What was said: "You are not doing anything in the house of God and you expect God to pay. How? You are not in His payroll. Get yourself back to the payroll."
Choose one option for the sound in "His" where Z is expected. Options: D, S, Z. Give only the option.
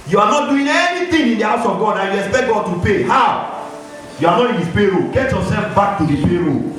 S